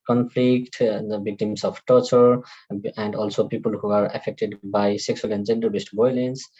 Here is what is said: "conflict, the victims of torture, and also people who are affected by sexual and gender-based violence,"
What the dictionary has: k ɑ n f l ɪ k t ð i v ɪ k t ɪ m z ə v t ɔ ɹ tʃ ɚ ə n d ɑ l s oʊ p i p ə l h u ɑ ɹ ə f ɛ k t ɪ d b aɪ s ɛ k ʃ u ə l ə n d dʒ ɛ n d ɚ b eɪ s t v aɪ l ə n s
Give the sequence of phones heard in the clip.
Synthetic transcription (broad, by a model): k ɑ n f l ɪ k t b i k t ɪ m s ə p t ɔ ɹ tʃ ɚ ə n d ɑ l s oʊ p i p ə l h u ɑ ɹ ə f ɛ k t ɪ d b aɪ s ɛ k s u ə l ə n d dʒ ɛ n d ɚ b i s t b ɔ l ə n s